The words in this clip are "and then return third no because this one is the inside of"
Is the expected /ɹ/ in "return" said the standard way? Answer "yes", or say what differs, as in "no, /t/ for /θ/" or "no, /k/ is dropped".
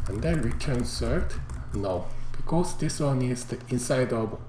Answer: yes